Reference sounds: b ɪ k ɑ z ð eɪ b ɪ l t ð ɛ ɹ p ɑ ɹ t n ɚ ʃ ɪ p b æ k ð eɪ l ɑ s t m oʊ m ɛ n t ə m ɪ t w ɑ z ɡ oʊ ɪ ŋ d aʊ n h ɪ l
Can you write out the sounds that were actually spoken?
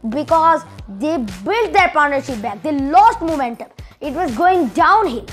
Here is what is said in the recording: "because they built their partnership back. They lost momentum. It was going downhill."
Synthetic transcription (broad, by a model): b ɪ k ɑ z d eɪ b ɪ l t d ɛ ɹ p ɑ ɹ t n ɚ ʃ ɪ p b æ k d eɪ l ɑ s t m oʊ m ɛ n t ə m ɪ t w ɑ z ɡ oʊ ɪ ŋ d aʊ n h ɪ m